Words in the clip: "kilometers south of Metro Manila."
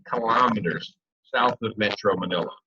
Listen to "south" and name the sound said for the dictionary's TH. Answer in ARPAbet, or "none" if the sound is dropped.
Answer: TH